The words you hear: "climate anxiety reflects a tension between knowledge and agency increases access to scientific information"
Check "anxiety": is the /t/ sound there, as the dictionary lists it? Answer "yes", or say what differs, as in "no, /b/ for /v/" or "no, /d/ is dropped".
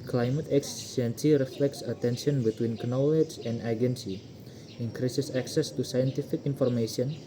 no, /s/ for /t/